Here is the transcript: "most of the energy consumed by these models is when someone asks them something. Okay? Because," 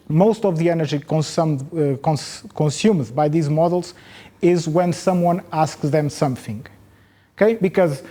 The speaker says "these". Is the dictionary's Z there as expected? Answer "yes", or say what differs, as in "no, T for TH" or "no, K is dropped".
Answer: yes